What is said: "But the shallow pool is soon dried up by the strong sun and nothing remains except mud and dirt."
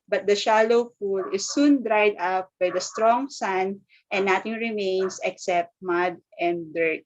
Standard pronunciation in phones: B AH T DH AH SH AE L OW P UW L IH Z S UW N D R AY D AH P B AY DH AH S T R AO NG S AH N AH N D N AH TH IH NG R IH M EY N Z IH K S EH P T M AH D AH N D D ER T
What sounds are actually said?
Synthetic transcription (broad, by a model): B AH T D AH SH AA L OW F UW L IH S UW N D R AY D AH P B AY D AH S T R AO NG S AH N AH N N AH T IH NG R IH M EY N S IH K S EH P T M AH D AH N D D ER T